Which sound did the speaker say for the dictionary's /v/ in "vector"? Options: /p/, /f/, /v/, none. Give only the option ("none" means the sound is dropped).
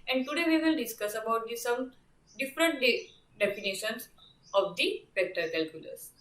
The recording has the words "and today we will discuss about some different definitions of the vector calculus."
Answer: /p/